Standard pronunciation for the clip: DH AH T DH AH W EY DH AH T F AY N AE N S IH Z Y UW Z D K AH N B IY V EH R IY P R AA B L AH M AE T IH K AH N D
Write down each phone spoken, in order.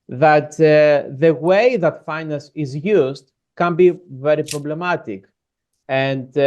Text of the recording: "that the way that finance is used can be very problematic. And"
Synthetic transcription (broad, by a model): DH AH T DH AH W EY DH AH T F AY N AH S IH Z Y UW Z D K AH N B IY V EH R IY P R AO B L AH M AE T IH K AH N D